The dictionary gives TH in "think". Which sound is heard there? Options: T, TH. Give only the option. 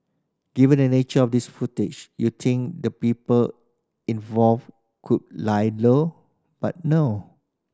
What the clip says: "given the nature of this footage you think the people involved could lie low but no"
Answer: T